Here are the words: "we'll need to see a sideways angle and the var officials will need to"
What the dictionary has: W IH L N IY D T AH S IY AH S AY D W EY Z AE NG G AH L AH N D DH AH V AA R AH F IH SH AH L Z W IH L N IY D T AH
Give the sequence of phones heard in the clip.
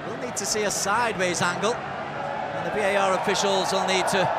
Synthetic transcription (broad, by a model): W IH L N IY D T AH S IY AH S AY D W EY Z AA NG G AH L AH N DH AH B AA R AH F IH SH AH L Z W IH L N IY D T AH